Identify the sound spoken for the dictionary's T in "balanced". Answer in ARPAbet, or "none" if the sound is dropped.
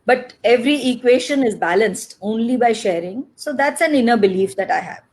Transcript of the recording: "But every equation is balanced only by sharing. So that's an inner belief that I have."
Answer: T